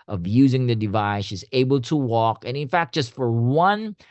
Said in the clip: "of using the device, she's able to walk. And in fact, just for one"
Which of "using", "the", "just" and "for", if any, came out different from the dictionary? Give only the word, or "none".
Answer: none